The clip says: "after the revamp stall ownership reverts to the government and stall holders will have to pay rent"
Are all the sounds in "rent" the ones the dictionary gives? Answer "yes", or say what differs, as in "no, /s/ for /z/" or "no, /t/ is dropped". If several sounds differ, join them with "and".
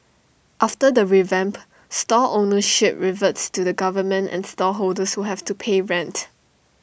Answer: yes